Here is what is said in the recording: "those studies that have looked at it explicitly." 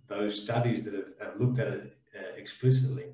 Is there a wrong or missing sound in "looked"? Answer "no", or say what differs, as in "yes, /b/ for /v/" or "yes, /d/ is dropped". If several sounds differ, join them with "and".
no